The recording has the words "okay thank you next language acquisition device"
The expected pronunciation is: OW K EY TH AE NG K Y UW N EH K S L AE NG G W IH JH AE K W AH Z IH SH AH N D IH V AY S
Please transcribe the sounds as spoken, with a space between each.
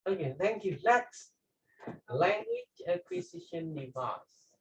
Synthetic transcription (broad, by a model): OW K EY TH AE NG K Y UW L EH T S L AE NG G W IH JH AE K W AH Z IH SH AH N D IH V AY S